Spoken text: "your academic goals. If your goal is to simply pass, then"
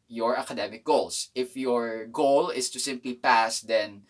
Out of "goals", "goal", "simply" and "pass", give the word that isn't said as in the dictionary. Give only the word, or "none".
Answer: goals